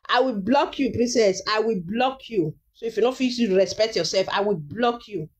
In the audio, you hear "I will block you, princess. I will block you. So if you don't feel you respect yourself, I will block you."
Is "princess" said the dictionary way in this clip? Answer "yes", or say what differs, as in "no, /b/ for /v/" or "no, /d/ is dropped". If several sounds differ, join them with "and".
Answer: no, /n/ is dropped